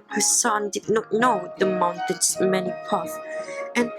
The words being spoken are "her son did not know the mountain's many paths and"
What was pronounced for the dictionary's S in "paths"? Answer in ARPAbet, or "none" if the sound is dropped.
none